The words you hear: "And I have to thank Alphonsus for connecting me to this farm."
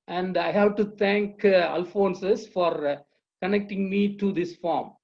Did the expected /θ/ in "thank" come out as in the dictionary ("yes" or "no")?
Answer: no